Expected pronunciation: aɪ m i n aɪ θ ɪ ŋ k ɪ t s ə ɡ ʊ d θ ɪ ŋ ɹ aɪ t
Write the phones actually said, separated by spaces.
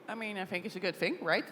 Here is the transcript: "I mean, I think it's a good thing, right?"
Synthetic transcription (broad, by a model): aɪ m i n aɪ θ ɪ ŋ k ɪ t s ə ɡ ʊ d θ ɪ ŋ ɹ aɪ t